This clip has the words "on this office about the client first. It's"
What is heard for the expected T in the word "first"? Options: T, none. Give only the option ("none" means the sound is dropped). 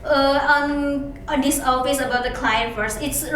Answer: none